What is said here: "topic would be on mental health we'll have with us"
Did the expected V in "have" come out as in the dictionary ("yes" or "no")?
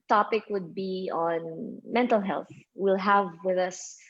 yes